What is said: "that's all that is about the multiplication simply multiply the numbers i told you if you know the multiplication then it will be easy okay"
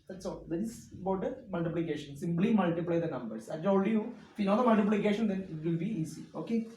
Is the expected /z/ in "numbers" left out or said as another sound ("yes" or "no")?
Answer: yes